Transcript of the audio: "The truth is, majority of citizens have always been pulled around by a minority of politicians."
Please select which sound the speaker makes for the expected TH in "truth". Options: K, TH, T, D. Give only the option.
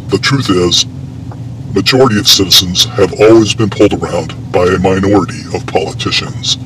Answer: TH